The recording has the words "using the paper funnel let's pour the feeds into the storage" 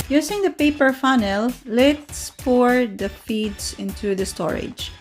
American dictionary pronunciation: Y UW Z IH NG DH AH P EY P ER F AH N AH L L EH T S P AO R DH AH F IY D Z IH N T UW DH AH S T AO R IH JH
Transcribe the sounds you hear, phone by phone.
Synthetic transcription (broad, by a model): Y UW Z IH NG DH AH P EY P ER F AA N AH L L EH T S P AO R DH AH F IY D S IH N T UW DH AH S T AO R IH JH